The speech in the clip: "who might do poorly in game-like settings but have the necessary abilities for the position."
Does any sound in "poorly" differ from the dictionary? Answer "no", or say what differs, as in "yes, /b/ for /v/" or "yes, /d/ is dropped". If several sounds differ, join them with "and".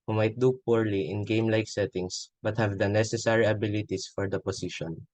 no